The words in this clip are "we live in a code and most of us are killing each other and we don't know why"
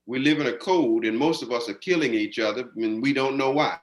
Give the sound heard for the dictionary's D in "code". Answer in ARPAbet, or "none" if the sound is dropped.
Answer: D